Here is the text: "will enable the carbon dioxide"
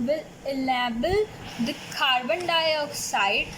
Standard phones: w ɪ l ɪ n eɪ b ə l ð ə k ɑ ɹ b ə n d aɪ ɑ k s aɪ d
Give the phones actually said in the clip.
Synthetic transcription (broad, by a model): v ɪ l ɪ l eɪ b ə l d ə k ɑ ɹ b ə n d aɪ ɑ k s aɪ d